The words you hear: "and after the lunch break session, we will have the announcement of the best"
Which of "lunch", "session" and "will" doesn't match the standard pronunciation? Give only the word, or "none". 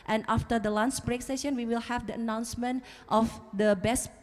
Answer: lunch